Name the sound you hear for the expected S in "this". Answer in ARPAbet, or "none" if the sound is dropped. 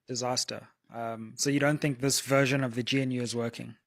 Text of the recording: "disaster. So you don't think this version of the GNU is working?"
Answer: S